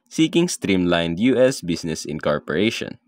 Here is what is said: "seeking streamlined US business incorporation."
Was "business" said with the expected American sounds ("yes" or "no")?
no